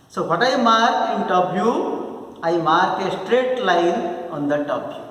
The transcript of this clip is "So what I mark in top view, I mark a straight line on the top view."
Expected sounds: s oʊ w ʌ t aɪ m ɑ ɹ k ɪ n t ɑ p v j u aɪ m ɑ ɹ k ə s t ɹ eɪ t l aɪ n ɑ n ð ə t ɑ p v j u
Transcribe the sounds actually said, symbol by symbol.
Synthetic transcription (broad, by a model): s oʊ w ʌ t aɪ m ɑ ɹ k ɪ n t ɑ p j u aɪ m ɑ ɹ k ə s t ɹ eɪ t l aɪ n ɑ n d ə t ɑ p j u